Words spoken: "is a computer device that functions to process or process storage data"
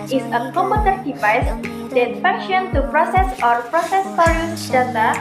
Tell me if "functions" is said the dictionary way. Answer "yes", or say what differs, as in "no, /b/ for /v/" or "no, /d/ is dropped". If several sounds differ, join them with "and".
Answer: no, /ŋ/ is dropped and /z/ is dropped